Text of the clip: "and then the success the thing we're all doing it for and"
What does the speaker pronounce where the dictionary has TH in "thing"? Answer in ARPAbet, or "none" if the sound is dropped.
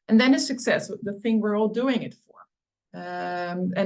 TH